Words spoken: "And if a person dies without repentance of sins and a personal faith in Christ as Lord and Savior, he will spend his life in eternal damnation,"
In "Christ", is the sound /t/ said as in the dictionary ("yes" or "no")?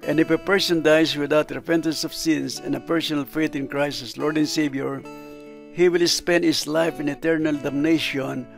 no